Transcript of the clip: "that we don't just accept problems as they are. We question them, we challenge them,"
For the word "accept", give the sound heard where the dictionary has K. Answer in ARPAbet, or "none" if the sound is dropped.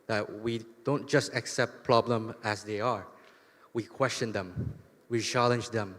K